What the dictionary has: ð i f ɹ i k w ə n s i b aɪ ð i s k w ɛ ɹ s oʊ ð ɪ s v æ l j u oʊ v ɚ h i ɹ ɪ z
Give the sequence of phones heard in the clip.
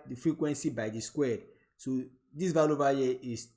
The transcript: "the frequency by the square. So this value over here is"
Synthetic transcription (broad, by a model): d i f ɹ i k w ə n s i b aɪ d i s k w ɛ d s oʊ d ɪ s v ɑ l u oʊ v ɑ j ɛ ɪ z